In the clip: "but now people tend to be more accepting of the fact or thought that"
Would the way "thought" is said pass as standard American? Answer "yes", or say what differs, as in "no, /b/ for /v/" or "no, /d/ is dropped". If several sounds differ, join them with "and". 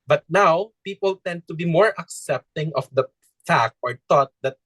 no, /t/ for /θ/